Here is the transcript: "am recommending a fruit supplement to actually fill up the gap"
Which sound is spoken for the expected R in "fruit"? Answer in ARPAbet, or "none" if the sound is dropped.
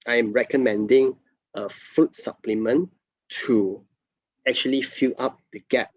none